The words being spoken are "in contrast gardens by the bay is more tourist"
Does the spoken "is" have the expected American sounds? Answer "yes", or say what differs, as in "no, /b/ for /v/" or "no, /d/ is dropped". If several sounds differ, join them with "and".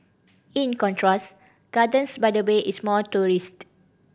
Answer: no, /s/ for /z/